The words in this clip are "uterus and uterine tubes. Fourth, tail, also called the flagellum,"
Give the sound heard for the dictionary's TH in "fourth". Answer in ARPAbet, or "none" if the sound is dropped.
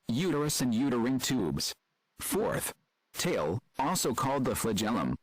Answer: TH